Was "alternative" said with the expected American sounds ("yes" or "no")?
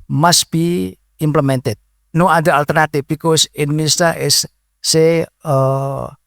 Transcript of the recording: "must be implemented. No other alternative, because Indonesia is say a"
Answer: no